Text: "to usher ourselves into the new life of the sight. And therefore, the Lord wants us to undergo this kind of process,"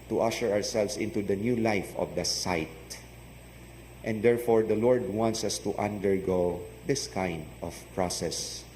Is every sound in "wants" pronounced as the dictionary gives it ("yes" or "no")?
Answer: yes